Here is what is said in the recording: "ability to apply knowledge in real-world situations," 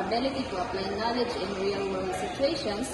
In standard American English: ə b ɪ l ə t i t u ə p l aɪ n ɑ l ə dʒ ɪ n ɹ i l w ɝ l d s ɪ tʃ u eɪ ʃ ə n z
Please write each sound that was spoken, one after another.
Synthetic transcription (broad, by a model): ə b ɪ l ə t i t u ə p l aɪ n ɑ l ə dʒ ɪ n ɹ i l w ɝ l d s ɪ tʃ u eɪ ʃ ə n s